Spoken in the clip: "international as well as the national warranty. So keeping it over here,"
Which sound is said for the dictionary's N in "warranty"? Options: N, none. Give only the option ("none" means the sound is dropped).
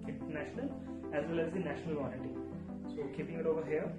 none